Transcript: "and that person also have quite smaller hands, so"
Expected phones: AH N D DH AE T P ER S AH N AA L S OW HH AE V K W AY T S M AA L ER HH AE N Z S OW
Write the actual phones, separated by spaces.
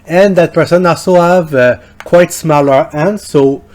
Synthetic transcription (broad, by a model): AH N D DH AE T P ER S AH N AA S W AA V K W AY T S M AA L ER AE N S OW